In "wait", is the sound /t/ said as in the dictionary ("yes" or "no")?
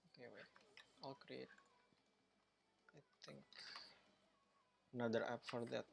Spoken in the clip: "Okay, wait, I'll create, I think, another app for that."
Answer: no